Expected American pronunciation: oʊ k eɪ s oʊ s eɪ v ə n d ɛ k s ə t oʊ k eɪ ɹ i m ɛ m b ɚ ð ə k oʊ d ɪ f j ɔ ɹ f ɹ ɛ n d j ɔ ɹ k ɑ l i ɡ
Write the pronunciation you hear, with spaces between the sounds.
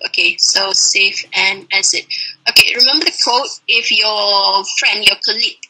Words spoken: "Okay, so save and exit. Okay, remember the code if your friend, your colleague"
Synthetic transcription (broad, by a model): oʊ k eɪ s oʊ s eɪ f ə n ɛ s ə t oʊ k eɪ ɹ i m ɛ m b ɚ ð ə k oʊ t ɪ f j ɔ f ɹ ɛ n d j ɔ k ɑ l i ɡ